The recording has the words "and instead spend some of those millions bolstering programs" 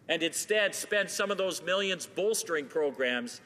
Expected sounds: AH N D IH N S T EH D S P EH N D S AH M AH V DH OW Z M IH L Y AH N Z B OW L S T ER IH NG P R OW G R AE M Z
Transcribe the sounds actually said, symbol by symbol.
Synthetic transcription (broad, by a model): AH N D IH N S T EH D S P EH N D S AH M AH V DH OW Z M IH L Y AH N Z B OW L S T ER IH NG P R OW G R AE M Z